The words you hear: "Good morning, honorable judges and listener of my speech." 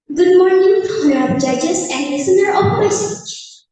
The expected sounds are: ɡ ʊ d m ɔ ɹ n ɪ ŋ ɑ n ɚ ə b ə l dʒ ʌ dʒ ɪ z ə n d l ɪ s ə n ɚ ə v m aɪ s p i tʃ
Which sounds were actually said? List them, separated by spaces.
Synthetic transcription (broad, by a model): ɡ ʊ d m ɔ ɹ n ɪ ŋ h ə ə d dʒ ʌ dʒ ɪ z ə n d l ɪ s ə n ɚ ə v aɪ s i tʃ